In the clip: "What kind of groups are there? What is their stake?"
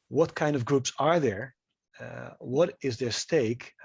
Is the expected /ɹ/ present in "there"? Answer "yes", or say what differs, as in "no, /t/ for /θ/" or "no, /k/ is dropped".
yes